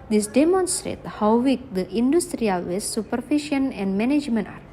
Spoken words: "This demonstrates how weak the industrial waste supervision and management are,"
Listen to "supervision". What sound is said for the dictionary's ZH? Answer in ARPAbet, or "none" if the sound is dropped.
SH